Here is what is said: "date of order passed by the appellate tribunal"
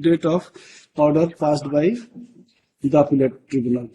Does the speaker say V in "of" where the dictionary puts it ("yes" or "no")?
no